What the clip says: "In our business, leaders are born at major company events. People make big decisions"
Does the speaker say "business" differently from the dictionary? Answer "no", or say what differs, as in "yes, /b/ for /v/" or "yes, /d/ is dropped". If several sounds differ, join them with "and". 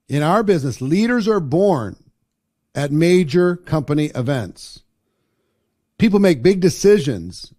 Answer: no